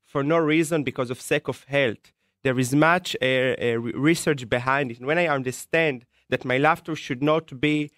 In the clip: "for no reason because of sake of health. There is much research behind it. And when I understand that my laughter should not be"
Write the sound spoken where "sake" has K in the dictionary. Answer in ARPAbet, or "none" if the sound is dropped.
K